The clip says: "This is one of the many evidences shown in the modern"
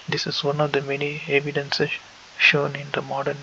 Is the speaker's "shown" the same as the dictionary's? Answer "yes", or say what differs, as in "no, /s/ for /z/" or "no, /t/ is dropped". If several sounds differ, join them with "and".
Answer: yes